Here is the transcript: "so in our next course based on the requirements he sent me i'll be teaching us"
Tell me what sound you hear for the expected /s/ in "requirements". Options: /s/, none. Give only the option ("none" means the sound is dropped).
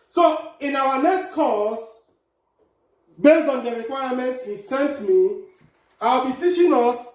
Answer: none